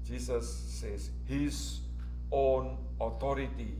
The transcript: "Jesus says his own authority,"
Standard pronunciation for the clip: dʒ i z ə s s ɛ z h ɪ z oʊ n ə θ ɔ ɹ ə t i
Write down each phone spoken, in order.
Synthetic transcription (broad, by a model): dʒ i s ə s s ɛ s h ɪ s oʊ n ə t ɔ ɹ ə t i